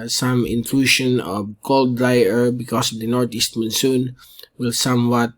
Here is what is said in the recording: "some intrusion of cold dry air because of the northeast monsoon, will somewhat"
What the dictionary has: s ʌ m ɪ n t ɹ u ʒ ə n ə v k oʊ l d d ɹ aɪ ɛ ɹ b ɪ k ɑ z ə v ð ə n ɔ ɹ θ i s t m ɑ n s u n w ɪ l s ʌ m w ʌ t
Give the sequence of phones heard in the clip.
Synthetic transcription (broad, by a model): s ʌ m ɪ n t l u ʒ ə n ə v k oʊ l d d ɹ aɪ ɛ ɹ b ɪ k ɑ s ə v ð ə n ɔ ɹ t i s t m ɑ n s u n w ɪ l s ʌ m w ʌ t